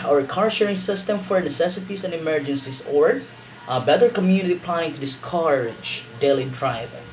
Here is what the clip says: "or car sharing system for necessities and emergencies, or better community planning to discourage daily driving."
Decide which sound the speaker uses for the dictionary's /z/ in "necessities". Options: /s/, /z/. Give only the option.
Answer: /s/